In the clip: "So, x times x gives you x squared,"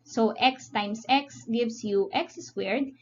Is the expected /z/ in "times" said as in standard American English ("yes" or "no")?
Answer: no